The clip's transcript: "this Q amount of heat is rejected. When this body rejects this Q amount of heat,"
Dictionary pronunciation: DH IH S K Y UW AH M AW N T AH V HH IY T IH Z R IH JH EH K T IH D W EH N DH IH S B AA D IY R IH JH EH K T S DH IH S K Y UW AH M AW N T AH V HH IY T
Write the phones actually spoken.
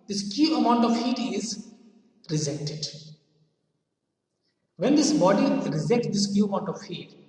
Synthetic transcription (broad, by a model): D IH S K Y UW AH M AW N T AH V HH IY T IH Z R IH Z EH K T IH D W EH N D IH S B AA D IY R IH Z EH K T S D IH S K Y UW AH M AW N T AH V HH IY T